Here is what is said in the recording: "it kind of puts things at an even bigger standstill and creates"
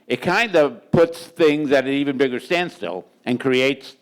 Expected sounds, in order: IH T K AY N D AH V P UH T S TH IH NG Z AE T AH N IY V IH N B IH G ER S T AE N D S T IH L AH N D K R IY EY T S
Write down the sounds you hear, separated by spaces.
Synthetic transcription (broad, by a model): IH T K AY N D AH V P UH T S TH IH NG Z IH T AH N IY V IH N B IH G ER S T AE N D S T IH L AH N K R IY EY T S